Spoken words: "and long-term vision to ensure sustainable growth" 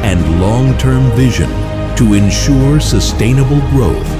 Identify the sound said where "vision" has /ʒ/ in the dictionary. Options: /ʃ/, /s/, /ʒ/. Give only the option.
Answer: /ʒ/